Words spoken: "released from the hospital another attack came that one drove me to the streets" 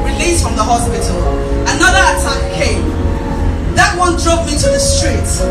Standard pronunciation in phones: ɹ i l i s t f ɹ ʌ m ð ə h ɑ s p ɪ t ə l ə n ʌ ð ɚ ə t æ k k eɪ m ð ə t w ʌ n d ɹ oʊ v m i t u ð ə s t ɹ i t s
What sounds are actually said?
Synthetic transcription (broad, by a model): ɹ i l i s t f ɹ ʌ m ð ə h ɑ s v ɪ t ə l ə n ʌ ð ɚ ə t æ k k eɪ m ð ə t w ʌ n d ɹ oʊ p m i t u ð ə s t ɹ i t